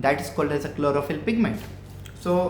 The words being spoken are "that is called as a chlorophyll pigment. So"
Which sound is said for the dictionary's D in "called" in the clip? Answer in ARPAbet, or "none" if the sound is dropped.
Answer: D